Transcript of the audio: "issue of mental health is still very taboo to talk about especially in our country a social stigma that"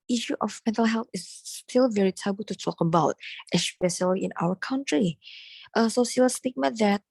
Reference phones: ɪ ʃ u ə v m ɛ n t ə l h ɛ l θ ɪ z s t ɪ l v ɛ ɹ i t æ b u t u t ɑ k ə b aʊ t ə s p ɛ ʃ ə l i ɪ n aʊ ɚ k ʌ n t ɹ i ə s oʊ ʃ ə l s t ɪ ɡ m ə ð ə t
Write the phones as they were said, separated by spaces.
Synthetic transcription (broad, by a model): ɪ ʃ u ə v m ɛ n t ə l h ɛ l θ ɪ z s t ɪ l v ɛ ɹ i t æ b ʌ t u t ɑ k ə b aʊ t ə s p ɛ ʃ ə l i ɪ n aʊ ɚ k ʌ n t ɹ i ə s oʊ s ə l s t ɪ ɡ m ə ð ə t